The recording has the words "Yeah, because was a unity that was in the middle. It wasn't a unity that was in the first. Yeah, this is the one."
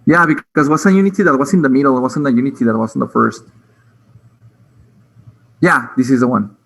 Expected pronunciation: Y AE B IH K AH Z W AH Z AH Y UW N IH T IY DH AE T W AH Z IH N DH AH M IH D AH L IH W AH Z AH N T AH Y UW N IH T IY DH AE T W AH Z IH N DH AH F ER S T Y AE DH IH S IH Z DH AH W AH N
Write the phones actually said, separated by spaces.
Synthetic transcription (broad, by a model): Y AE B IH K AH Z W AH S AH Y UW N IH T IY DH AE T W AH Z IH N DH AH M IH D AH L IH W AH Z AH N AH Y UW N IH T IY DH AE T W AH Z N DH AH F ER S T Y AE DH IH S IH Z DH AH W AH N